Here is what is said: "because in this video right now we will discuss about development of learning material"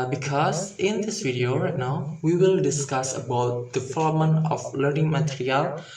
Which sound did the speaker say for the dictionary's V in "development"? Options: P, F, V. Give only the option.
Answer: F